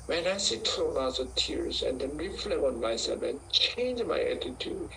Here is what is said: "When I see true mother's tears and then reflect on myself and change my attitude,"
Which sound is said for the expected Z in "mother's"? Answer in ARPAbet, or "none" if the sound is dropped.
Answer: none